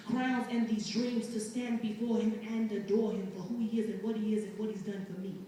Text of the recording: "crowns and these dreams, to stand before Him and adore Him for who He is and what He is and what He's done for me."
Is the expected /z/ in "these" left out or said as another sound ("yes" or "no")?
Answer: no